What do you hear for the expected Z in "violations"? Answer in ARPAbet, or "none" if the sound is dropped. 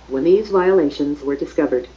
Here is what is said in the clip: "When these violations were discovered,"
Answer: Z